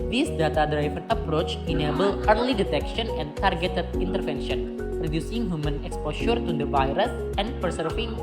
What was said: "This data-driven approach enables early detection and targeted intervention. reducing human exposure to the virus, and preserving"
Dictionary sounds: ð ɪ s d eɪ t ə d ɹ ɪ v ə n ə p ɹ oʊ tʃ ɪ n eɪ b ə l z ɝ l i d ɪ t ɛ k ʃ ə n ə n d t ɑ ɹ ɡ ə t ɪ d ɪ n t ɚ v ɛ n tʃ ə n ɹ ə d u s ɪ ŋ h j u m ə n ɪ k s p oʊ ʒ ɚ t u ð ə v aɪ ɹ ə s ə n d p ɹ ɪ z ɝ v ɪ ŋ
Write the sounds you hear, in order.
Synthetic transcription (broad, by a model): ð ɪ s d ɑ t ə d ɹ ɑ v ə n ə p ɹ oʊ tʃ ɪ n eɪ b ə l ɝ l i d ɪ t ɛ k ʃ ə n ə n d t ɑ ɹ ɡ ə t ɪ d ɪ n t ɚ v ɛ n ʃ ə n ɹ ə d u s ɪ ŋ h j u m ə n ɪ k s p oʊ ʃ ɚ t u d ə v aɪ ɹ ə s ə n d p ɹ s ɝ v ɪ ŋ